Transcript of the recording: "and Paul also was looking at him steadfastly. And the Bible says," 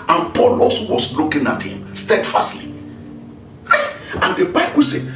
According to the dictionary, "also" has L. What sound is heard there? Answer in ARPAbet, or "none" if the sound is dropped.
none